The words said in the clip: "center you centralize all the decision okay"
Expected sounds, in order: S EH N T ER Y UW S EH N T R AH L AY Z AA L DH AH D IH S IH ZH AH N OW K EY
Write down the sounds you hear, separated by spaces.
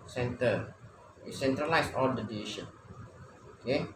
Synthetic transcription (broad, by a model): S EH N T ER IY S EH N T R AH L AY S AA L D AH D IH IY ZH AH N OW K EY